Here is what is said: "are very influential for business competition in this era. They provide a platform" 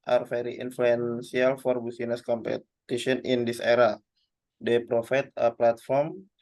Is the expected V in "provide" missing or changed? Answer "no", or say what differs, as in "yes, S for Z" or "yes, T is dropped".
yes, F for V